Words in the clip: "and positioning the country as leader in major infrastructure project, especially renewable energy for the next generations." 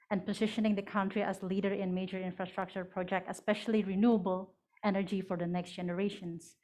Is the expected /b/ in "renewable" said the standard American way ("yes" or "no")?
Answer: yes